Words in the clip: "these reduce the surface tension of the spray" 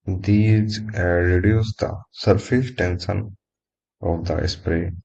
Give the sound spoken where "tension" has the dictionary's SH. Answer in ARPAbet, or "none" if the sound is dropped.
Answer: S